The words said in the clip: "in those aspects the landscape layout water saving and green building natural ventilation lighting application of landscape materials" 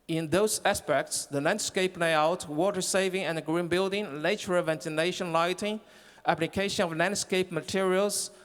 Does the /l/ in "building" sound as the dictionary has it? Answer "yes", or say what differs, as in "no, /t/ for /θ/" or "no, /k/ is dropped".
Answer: yes